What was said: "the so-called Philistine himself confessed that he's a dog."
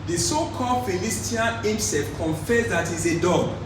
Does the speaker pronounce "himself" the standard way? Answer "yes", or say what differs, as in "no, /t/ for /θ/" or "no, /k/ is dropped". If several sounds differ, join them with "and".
no, /l/ is dropped